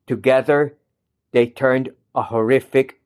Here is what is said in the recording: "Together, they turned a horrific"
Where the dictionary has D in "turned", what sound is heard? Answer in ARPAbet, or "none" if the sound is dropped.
D